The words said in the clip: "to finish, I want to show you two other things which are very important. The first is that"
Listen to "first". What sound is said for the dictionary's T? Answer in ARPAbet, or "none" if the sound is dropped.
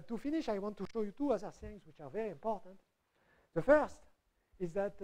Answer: T